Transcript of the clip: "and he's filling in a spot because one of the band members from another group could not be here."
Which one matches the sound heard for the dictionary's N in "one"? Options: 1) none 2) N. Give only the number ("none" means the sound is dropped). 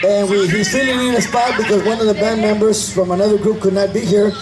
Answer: 2